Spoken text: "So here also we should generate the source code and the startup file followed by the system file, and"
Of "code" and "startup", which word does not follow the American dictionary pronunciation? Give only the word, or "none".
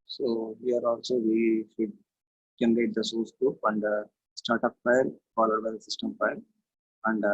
code